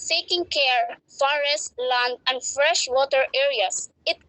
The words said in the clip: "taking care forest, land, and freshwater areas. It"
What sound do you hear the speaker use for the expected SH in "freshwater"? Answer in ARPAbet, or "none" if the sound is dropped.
SH